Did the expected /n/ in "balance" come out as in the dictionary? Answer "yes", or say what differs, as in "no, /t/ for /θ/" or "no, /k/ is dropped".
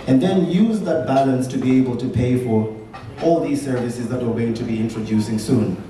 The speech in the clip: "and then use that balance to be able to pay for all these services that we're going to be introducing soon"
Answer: yes